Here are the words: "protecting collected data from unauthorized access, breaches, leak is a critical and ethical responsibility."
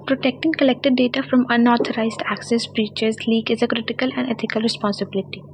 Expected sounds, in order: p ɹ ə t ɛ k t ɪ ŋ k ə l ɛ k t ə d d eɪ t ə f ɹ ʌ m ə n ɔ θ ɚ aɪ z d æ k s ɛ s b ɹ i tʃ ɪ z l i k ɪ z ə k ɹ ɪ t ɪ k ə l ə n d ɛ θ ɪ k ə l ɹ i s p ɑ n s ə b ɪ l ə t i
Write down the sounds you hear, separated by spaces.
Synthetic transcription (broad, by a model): p ɹ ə t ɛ k t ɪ ŋ k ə l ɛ k t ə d d eɪ t ə f ɹ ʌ m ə n ɔ t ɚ aɪ z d æ k s ɛ s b ɹ i tʃ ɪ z l i k ɪ z ə k ɹ ɪ t ɪ k ə l ə n d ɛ t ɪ k ə l ɹ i s p ɑ n s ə b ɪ l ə t i